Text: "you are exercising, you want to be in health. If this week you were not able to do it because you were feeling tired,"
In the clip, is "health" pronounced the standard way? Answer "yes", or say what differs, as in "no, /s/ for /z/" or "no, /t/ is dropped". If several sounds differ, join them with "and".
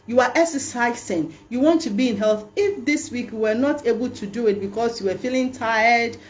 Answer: yes